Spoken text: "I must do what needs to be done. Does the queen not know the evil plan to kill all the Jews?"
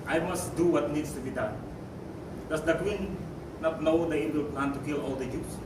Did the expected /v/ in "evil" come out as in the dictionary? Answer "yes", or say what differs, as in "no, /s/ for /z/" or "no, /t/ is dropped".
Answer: no, /w/ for /v/